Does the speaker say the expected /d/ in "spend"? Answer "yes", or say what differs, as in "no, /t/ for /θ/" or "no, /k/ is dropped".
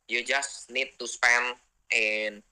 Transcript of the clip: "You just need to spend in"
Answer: no, /d/ is dropped